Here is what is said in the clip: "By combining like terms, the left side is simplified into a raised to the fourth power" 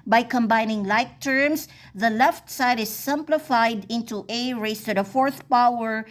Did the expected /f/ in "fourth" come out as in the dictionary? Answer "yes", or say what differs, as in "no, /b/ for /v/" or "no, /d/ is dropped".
yes